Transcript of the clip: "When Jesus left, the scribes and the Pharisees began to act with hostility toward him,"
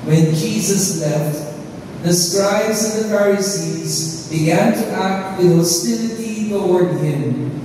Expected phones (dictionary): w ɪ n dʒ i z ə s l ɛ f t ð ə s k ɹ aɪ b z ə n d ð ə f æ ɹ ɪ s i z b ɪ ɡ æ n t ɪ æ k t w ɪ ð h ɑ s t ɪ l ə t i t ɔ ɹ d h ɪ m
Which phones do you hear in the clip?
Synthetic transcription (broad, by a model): w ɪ n dʒ i z ə s l ɛ f t ð ə s k ɹ aɪ b z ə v ð ə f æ ɹ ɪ s i z b ɪ ɡ æ n t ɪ æ k t w ɪ ð h ɑ s t ɪ l ə t i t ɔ ɹ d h ɪ m